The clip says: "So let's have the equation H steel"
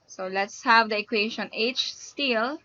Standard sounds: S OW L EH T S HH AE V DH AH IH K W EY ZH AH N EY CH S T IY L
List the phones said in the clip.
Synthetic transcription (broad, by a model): S OW L EH T S HH AE V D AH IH K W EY SH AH N EY CH S T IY L